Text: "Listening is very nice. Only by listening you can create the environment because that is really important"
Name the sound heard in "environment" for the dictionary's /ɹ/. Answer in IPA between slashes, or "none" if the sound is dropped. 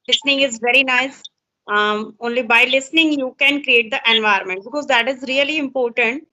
none